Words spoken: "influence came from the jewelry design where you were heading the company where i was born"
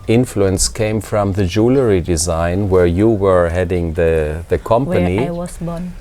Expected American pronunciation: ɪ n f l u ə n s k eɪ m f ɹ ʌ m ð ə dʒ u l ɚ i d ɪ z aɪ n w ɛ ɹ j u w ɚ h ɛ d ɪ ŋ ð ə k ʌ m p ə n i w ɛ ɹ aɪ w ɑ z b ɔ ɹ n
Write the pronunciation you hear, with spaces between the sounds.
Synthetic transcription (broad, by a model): ɪ n f l u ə n s k eɪ m f ɹ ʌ m ð ə dʒ u l ɚ i d ɪ z aɪ n w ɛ ɹ j u w ɚ h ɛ d ɪ ŋ ð ə k ʌ m p ə n i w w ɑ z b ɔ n